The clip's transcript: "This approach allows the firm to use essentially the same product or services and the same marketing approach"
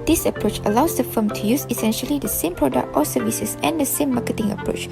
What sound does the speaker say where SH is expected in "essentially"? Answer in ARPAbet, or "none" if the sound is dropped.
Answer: SH